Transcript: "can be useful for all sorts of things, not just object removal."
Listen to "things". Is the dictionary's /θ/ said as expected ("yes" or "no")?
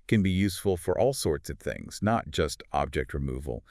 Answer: yes